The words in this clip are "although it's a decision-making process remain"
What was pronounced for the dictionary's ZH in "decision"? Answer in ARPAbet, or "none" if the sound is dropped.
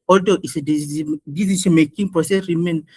S